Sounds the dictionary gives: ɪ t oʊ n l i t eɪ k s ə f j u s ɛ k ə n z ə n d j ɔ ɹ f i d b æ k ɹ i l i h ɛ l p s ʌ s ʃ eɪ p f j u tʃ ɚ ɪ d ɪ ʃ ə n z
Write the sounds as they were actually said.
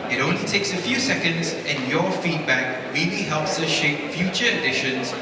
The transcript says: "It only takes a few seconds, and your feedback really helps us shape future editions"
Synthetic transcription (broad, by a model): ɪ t oʊ n l i t eɪ k s ə f j u s ɛ k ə n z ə n j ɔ f i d b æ k ɹ i l i h ɛ l p s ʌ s ʃ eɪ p f j u tʃ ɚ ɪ d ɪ ʃ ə n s